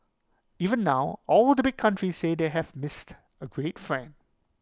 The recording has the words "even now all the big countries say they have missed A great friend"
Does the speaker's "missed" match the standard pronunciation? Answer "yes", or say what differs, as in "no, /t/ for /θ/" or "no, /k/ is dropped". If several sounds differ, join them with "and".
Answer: yes